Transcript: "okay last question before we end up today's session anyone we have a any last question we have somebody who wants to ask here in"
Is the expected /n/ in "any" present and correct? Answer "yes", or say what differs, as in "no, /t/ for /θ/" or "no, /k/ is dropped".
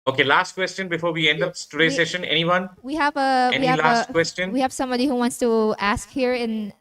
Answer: no, /n/ is dropped